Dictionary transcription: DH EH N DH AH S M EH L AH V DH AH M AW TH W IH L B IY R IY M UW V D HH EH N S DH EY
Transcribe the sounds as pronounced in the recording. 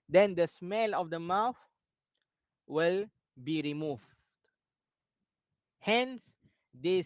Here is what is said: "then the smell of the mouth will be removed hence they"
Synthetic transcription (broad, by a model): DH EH N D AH S M EH L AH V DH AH M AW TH W IH L B IY R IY M UW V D HH EH N S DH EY